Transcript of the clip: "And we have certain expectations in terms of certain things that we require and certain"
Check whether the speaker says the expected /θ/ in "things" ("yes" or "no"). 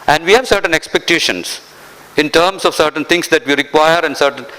no